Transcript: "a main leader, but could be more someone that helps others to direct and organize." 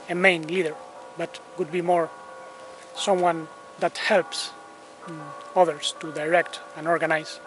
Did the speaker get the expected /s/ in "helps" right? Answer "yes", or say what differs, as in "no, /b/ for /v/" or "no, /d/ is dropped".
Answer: yes